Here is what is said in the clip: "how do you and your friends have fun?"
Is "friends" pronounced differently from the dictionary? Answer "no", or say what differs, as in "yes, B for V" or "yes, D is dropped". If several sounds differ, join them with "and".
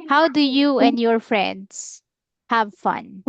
yes, S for Z